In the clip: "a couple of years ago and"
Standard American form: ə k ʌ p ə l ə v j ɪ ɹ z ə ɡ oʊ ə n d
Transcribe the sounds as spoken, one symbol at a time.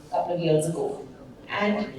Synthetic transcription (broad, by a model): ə k ʌ p ə l ə v j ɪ l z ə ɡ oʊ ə n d